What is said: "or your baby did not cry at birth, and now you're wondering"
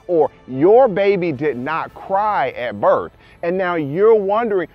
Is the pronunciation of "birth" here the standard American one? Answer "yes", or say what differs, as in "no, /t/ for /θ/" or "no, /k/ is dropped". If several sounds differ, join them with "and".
yes